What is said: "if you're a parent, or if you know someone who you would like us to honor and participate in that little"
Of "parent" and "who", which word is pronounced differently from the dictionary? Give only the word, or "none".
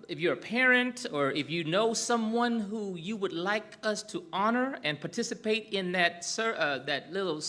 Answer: none